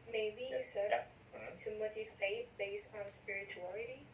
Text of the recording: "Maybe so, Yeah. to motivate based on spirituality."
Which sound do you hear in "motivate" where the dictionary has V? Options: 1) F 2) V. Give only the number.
1